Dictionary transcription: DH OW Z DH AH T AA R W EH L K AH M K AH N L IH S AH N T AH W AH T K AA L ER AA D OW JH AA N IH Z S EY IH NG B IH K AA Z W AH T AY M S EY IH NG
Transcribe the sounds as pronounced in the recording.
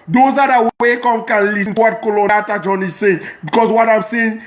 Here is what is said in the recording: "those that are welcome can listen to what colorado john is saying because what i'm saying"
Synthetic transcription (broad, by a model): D OW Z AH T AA W W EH K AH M K AH N L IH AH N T W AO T K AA L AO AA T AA JH AA N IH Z S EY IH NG B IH K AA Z W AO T AY M S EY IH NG